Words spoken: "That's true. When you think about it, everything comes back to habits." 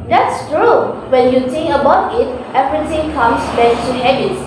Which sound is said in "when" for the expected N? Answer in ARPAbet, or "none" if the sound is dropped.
N